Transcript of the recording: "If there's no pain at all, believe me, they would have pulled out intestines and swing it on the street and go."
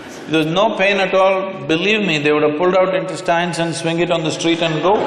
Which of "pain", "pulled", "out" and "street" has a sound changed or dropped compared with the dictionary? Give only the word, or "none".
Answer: none